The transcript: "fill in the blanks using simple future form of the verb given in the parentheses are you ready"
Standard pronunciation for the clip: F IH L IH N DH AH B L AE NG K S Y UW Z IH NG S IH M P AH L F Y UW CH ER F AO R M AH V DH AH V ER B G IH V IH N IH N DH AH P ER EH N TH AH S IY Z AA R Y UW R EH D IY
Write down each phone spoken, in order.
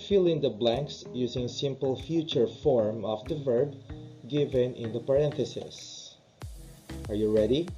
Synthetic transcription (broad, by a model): F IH L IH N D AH B L AE NG K S Y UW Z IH NG S IH M P AH L F Y UW CH ER F AO R M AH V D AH V ER B G IH V IH N IH N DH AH P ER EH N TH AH S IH S AA R Y UW R EH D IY